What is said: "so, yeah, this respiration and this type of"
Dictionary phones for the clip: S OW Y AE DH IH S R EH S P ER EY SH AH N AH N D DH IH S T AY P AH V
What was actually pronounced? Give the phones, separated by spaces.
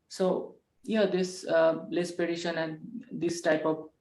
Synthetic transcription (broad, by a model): S OW Y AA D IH S L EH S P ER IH SH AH N AH N D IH S T AY P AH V